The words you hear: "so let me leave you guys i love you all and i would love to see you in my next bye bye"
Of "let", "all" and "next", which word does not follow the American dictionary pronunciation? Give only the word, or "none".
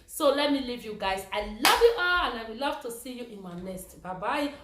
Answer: next